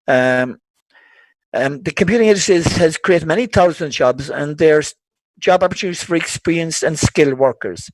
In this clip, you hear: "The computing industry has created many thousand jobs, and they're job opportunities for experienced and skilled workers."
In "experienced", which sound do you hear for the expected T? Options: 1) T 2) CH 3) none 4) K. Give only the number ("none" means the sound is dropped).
3